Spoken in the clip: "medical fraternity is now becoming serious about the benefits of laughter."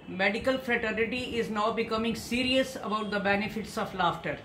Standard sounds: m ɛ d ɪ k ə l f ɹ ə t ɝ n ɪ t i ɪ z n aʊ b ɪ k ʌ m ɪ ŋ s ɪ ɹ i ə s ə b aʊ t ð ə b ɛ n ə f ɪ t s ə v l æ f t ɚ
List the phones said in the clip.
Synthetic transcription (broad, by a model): m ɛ d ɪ k ə l f ɹ ə t ɝ n ɪ t i ɪ z n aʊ b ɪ k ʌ m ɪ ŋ s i ɹ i ə s ə b aʊ t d ə b ɛ n ə f ɪ t s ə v l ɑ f t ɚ